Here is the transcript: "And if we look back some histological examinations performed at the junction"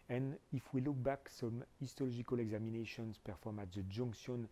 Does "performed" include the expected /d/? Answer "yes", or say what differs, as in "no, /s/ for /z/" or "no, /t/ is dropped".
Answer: no, /d/ is dropped